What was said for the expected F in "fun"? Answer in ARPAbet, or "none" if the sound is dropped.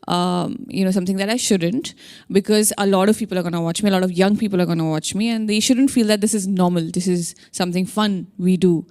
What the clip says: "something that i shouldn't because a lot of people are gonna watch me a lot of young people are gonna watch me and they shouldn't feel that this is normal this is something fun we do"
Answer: F